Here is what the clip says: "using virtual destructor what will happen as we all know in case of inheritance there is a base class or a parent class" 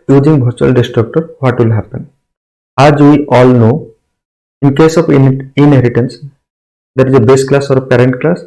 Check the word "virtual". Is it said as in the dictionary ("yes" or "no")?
no